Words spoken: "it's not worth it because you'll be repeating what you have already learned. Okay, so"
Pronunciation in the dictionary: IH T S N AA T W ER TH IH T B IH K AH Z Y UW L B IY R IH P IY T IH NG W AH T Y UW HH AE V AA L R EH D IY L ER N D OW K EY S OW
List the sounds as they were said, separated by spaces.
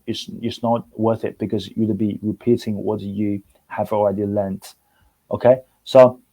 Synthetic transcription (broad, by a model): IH T S N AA T W ER TH IH T B IH K AH Z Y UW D B IY R IH P IY T IH NG W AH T Y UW HH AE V AA L R EH D IY L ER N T OW K EY S OW